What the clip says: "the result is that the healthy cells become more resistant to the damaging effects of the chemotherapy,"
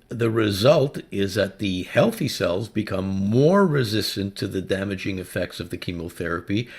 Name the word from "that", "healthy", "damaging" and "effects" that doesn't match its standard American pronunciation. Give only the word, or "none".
none